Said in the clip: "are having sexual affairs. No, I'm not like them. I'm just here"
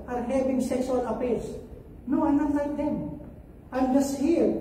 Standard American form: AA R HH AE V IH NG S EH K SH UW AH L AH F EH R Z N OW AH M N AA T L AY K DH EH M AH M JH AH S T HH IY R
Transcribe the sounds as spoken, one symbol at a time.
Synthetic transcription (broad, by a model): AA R HH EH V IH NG S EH K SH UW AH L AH P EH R S N OW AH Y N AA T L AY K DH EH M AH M JH AH S T HH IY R